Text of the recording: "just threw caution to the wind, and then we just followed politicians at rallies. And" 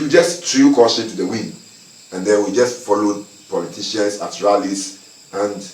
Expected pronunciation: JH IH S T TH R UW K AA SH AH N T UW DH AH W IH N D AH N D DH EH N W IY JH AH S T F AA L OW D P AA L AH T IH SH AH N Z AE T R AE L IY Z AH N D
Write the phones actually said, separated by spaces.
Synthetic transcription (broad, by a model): JH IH S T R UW K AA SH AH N T UW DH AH W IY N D AH N D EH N W IY JH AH S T F AA L OW D P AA L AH T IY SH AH N S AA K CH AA L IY S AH N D